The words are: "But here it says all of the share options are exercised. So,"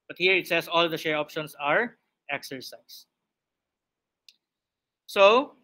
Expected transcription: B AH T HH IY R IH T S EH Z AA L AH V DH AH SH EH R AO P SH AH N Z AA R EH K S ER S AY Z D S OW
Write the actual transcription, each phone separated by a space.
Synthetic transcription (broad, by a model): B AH T HH IY R IH T S EH S AA L AH V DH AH SH EH R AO P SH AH N S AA R EH K S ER S AY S S OW